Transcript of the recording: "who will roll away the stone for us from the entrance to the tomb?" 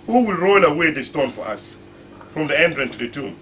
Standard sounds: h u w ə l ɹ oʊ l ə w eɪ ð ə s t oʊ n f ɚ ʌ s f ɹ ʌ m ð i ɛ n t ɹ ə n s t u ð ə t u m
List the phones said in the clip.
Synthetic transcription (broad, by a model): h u w ə l ɹ oʊ l ə w eɪ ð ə s t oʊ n f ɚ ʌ s f ɹ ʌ m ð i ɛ n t ɹ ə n t u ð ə t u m